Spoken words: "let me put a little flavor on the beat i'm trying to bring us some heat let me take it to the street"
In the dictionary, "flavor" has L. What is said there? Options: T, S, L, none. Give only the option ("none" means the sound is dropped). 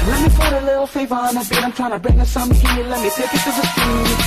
none